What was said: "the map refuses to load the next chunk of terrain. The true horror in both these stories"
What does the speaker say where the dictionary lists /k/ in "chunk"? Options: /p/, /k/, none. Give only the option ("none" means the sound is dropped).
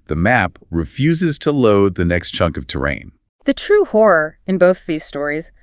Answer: /k/